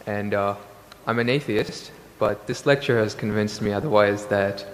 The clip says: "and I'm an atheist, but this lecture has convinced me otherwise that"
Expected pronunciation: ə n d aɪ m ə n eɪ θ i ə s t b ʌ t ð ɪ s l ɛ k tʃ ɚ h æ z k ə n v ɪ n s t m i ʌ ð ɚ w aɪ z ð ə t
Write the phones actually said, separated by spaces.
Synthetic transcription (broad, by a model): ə n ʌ aɪ m ə n eɪ θ i ə s t b ʌ t ð ɪ s l ɛ k tʃ ɚ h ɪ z k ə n v ɪ n s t m i ʌ ð ɚ w aɪ z ð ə t